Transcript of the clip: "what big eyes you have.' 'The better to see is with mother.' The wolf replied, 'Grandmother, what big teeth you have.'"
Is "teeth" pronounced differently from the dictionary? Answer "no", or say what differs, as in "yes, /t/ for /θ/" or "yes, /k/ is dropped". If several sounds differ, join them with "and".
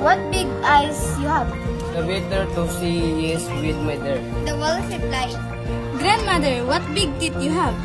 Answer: yes, /t/ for /θ/